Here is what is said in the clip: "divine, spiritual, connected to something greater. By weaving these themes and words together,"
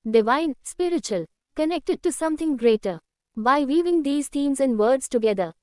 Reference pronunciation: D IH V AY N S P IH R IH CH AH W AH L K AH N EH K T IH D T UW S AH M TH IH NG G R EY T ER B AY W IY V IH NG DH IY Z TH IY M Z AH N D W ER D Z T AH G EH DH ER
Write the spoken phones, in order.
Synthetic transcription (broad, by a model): D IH V AY N S P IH R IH CH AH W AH L K AH N EH K T IH D T UW S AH M T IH NG G R EY T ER B AY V IY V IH NG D IY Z T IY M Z AH N D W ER D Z T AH G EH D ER